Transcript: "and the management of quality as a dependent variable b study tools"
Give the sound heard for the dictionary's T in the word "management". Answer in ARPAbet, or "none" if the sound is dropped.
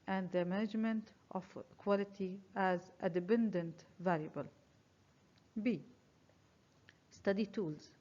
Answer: T